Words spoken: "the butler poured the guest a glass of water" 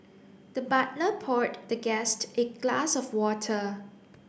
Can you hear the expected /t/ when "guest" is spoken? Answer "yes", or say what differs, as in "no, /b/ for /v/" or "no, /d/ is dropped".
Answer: yes